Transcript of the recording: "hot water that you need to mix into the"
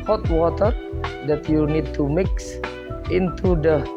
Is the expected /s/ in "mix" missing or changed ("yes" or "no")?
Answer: no